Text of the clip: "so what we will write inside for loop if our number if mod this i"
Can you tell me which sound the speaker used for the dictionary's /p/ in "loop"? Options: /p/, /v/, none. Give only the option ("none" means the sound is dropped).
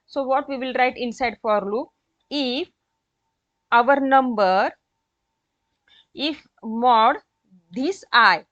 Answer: none